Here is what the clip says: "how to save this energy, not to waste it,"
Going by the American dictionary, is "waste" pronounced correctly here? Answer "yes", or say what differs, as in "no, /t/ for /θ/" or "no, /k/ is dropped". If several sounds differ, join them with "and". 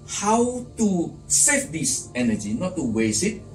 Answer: no, /t/ is dropped